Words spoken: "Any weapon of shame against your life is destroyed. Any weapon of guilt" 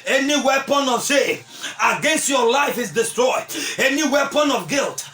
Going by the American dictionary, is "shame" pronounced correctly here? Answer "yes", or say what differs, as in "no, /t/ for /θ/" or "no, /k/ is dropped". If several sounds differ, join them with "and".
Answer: no, /m/ is dropped